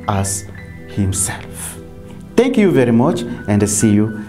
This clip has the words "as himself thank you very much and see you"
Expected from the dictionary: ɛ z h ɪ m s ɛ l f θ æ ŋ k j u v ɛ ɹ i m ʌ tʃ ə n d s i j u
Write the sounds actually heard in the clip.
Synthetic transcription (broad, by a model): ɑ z h ɪ m s ɛ l f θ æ ŋ k j u v ɛ ɹ i m ʌ tʃ ə n d s i j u